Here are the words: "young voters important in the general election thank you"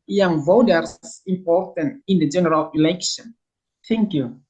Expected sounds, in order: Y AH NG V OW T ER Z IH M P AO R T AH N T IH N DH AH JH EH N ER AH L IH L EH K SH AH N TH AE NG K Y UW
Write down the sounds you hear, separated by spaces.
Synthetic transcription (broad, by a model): Y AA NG V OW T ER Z IH M P AO R T AH N T IH N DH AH JH EH N ER AH L IH L EH K SH AH N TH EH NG K Y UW